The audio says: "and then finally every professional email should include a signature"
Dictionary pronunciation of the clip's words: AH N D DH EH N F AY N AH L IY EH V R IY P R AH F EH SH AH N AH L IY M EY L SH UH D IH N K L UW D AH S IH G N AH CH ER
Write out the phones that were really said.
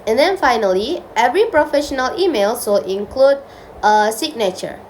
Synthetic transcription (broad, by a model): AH N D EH N F AY N AH L IY EH V R IY P R AH F EH SH AH N AH L IY M EY L S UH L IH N K L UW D AH S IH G N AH CH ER